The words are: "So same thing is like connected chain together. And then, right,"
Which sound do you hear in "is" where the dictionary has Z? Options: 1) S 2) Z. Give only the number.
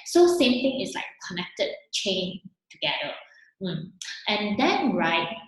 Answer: 1